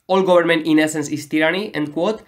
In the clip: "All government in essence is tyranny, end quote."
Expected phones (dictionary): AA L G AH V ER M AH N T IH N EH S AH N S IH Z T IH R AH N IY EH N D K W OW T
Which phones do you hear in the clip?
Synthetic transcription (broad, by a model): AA L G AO B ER M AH N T IH N EH S AH N S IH S T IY R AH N IY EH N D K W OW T